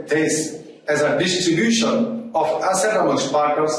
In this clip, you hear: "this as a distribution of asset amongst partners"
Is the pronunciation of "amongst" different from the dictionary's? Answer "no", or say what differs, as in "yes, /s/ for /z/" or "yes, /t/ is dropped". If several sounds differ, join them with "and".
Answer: yes, /ŋ/ is dropped